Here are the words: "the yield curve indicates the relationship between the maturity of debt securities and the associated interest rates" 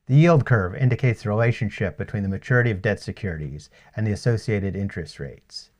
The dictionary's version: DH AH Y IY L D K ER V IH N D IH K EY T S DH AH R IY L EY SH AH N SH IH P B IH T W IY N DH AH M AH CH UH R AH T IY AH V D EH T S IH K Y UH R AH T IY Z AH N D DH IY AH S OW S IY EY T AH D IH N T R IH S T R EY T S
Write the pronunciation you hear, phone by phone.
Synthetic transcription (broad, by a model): DH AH Y IY L D K ER V IH N D IH K EY T S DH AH R IY L EY SH AH N SH IH P B IH T W IY N DH AH M AH CH UH R AH T IY AH V D EH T S IH K Y UH R AH T IY Z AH N DH IY AH S OW S IY EY T AH D IH N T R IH S T R EY T S